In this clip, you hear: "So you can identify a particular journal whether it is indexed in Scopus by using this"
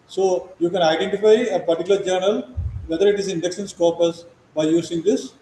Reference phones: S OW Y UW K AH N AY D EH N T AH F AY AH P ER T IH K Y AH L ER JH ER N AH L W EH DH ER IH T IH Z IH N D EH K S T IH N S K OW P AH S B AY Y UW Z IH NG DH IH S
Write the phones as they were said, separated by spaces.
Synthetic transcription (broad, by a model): S OW Y UW K AH N AY D EH N T AH F AY AH P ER T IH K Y L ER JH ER N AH L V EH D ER IH T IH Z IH N D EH K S IH N S K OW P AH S B AY Y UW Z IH NG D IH S